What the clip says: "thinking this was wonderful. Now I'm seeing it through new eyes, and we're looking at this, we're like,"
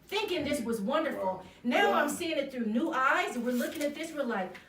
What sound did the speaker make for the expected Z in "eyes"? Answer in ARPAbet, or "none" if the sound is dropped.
Z